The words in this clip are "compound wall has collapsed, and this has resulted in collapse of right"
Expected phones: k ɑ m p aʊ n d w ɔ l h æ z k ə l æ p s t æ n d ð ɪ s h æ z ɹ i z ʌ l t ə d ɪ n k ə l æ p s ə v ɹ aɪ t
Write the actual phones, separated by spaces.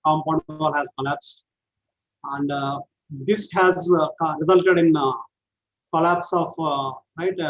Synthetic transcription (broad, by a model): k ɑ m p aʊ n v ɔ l h æ z k ə l æ p s t æ n d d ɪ s h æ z ɹ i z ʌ l t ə d ɪ n k ə l æ p s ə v ɹ aɪ t